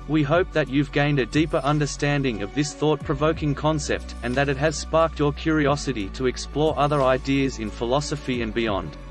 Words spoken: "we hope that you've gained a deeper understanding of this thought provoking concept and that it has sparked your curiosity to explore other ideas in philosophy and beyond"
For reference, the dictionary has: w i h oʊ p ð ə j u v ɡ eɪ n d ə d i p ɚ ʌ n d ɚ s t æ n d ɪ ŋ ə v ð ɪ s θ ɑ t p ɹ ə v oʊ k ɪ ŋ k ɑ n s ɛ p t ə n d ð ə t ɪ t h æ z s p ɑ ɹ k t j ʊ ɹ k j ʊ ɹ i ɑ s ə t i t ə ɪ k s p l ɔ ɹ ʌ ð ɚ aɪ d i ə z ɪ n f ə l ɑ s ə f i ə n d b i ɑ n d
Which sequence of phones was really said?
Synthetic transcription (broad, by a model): w i h oʊ p ð ə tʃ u v ɡ eɪ n d ə d i p ɚ ʌ n d ɚ s t æ n d ɪ ŋ ə v ð ɪ s θ ɑ t p ɹ ə v oʊ k ɪ ŋ k ɑ n s ɛ p t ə n ð ə t ɪ t h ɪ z s p ɑ ɹ k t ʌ ɹ k j ʊ ɹ i ɑ s ə t i t ə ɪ k s p l ɔ ɹ ʌ ð ɚ aɪ d i ə z ɪ n f ə l ɑ s ə f i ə n b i ɑ n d